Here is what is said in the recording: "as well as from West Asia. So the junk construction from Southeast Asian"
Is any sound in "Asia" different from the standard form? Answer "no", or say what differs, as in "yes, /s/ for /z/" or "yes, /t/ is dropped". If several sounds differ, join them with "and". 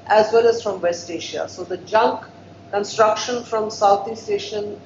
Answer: yes, /ʃ/ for /ʒ/